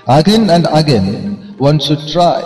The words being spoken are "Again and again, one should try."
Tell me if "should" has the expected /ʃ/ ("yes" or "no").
no